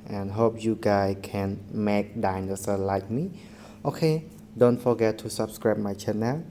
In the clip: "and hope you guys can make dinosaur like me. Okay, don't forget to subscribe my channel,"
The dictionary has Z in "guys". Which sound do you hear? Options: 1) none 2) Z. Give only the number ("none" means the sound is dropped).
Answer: 1